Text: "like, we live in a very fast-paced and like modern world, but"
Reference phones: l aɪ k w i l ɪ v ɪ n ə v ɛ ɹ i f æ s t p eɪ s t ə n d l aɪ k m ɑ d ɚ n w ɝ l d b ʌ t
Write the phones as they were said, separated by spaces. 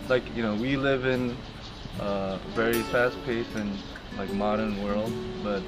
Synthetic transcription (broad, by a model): l aɪ k w i l ɪ v ɪ n ə v ɛ ɹ i f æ s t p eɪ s ə n l aɪ k m ɑ d ɚ n w ɝ l d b ʌ t